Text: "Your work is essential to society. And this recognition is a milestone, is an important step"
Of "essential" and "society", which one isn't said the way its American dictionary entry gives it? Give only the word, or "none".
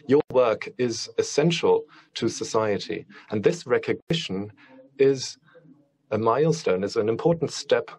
none